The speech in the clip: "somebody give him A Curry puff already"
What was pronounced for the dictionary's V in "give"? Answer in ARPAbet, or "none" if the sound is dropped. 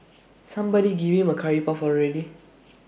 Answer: B